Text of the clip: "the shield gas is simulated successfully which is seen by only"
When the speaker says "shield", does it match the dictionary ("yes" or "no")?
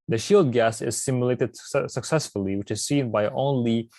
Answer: yes